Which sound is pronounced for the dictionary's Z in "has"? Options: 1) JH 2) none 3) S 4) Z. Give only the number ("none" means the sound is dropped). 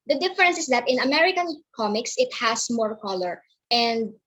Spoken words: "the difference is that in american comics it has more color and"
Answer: 3